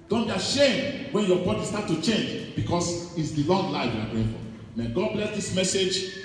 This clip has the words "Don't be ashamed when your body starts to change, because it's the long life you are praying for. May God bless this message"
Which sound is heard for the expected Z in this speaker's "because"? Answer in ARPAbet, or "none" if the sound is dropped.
S